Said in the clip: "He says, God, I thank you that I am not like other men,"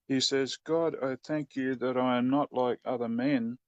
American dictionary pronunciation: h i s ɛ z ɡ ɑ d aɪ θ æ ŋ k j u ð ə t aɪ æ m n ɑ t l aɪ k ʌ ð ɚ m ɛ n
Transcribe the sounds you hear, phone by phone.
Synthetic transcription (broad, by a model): h i s ɛ z ɡ ɑ d aɪ θ æ ŋ k j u ð ə t aɪ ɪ m n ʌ t l aɪ k ʌ ð ɚ m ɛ n